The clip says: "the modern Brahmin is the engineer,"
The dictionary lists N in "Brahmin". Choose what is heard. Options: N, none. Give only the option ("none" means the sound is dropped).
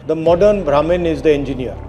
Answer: N